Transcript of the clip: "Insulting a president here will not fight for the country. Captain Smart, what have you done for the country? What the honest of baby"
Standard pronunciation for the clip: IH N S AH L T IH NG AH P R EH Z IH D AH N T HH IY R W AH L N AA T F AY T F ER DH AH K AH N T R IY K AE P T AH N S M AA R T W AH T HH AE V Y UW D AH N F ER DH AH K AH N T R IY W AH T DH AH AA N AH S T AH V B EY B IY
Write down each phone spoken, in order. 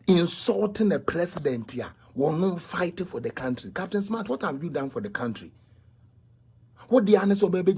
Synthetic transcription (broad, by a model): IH N S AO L T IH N AH P R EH S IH D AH N T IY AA W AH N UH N F AY T F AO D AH K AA N T R IY K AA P T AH N S M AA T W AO T HH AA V Y UW D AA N F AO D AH K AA N T R IY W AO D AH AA N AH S AH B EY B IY